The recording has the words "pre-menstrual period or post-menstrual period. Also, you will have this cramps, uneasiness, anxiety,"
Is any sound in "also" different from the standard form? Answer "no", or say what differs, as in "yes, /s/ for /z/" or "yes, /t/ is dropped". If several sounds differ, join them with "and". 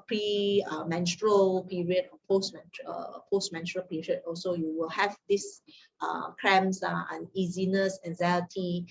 no